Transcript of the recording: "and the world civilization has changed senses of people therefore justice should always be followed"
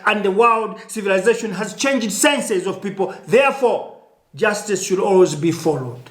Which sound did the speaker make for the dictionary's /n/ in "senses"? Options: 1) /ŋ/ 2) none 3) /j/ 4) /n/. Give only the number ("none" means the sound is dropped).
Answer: 4